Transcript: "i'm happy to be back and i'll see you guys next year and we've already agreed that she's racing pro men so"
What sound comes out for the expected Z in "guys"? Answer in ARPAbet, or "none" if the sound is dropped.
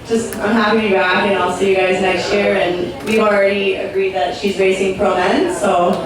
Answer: Z